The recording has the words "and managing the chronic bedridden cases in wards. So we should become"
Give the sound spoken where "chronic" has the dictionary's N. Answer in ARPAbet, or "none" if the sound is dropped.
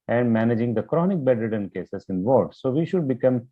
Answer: N